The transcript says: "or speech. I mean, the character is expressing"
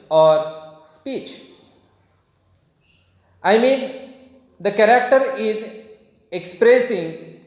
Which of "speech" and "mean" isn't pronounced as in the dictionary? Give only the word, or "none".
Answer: none